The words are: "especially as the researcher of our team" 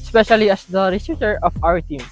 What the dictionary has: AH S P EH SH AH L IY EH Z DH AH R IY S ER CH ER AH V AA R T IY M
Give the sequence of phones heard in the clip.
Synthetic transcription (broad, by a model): S P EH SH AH L IY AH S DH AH R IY S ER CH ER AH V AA W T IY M